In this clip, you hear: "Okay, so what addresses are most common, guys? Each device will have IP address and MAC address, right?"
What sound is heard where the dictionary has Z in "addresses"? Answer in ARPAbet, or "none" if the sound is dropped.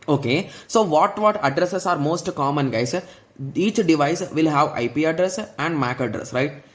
S